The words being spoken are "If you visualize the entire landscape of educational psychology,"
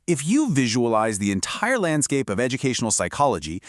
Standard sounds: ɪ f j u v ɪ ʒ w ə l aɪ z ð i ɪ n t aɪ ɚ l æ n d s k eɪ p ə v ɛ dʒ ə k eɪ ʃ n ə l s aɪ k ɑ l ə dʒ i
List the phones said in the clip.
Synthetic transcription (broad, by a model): ɪ f j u v ɪ ʒ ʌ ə l aɪ z ð i ɪ n t aɪ ɚ l æ n d s k eɪ p ə v ɛ dʒ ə k eɪ ʃ n l s aɪ k ɑ l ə dʒ i